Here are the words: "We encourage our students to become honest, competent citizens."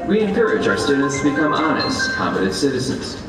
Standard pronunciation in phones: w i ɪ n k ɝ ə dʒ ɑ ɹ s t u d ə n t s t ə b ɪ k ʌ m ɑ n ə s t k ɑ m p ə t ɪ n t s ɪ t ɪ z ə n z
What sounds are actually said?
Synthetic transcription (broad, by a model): w i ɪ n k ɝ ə dʒ ɑ ɹ s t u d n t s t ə b ɪ k ʌ m ɑ n ə s t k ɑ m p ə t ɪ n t s ɪ t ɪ z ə n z